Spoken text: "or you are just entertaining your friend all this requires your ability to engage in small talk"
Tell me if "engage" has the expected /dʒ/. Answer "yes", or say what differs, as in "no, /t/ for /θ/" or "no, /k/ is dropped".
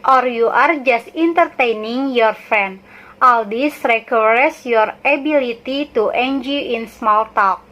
no, /dʒ/ is dropped